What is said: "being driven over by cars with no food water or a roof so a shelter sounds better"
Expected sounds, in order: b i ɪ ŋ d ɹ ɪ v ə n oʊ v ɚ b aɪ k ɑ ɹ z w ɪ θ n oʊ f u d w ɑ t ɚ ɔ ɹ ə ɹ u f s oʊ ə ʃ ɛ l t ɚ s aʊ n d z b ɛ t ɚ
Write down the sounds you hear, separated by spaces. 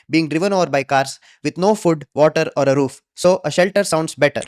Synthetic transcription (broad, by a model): b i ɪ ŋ d ɹ ɪ v ə n oʊ v ɚ b aɪ k ɑ ɹ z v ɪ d n oʊ f u d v ɑ t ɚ ɔ ɹ ə ɹ u f s oʊ ə ʃ ɛ l t ɚ s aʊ n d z b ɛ t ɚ